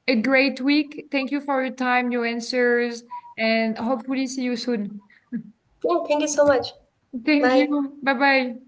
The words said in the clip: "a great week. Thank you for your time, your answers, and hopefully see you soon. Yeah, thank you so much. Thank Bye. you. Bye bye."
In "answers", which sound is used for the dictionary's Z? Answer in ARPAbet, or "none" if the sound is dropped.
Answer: Z